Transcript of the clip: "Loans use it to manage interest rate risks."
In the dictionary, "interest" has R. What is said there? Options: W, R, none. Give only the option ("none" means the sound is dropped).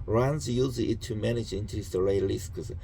none